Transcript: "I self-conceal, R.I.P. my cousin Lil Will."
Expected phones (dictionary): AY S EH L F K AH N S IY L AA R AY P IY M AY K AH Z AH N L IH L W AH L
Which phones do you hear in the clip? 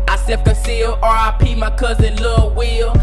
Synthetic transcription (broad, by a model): AY S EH F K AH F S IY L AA R AY P IY M AY K AH Z AH N L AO W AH L